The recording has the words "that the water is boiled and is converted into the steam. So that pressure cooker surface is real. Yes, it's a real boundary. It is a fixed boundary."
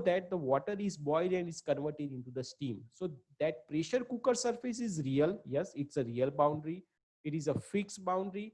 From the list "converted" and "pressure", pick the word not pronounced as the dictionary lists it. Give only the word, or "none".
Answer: none